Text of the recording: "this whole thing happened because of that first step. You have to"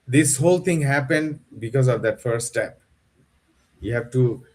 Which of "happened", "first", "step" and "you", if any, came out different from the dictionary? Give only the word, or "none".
first